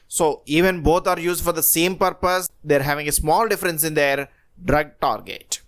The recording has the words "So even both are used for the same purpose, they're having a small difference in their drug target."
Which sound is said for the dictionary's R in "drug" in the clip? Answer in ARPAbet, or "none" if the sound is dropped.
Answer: R